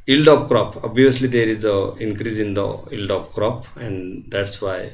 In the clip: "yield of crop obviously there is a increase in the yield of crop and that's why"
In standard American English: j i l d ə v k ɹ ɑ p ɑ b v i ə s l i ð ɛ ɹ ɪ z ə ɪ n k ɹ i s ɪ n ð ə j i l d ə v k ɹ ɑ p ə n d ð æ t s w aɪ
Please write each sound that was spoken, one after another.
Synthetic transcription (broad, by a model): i l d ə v k ɹ ɑ p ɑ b i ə s l i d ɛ ɹ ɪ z ə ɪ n k ɹ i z ɪ n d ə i l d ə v k ɹ ɑ p ə n d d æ t s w aɪ